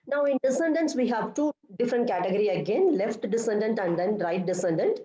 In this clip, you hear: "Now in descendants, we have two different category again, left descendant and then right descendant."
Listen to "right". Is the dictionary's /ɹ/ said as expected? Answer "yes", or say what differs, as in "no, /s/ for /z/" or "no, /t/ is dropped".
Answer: yes